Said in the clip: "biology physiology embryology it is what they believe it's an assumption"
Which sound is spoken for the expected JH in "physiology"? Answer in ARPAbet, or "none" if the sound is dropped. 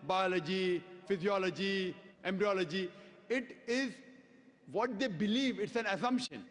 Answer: JH